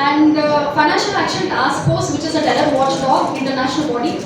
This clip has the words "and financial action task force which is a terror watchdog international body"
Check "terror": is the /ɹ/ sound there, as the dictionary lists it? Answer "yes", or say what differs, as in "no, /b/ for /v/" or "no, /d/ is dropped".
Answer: no, /l/ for /ɹ/